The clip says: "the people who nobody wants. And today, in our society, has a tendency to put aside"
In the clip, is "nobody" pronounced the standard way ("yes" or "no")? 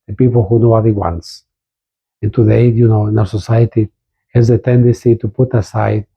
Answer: no